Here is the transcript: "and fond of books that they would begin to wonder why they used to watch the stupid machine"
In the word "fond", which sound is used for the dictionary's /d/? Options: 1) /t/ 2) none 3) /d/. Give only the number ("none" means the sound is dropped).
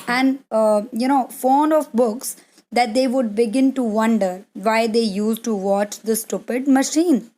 2